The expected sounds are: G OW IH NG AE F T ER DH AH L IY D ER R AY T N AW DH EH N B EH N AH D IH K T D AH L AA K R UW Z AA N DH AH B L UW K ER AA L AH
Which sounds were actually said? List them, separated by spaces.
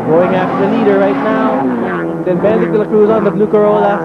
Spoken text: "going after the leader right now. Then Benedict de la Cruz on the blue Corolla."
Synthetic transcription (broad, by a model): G OW IH NG AE F T ER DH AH L IY D ER R AY T N AW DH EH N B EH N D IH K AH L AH K R UW Z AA N DH AH B L UW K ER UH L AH